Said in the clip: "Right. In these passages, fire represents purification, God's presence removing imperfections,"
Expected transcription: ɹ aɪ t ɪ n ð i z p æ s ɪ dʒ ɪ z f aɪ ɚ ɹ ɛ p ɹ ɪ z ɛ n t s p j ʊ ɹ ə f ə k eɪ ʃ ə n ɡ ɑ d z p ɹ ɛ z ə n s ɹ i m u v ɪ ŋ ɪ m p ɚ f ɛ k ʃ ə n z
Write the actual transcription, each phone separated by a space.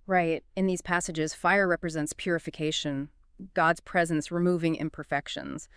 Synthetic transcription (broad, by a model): ɹ aɪ t ɪ n ð i z p æ s ɪ dʒ ɪ z f aɪ ɚ ɹ ɛ p ɹ ɪ z ɛ n t s p j ʊ ɹ ə f ə k eɪ ʃ ə n ɡ ɑ d z p ɹ ɛ z ə n s ɹ i m u v ɪ ŋ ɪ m p ɚ f ɛ k ʃ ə n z